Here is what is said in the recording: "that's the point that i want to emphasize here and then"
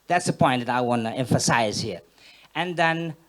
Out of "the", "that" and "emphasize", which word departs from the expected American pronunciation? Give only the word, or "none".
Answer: none